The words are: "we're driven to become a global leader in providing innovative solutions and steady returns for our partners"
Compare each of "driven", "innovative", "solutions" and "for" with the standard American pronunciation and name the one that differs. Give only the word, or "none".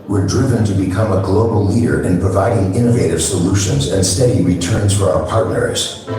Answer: none